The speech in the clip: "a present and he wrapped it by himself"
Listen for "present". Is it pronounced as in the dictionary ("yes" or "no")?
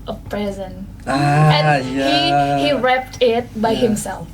no